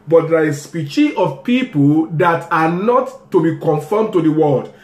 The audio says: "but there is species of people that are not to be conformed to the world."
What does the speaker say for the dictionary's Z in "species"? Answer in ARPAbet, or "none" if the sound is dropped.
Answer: none